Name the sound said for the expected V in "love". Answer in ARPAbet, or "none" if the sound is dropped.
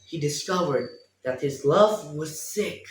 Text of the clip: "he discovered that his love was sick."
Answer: V